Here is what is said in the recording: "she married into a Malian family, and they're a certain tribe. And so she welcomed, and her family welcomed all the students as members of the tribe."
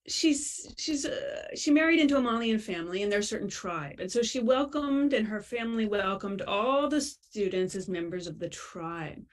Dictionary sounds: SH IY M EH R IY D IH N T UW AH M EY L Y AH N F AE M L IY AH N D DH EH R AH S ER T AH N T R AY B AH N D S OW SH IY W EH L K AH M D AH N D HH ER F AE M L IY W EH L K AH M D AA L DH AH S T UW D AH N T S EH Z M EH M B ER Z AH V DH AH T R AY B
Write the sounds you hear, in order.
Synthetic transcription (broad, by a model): SH IY M EH R IY D IH N T UW AH M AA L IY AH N F AE M L IY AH N DH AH R S ER T N T R AY B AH N S OW SH IY W EH L K AH M D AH N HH ER F AE M L IY W EH L K AH M D AA L DH AH S T UW D N T S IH Z M EH M B ER Z AH V DH AH T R AY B